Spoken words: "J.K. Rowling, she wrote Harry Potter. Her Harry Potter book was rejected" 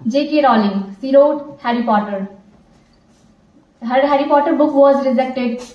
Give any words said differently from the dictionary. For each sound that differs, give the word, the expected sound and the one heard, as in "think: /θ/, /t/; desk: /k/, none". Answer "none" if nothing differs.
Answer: she: /ʃ/, /s/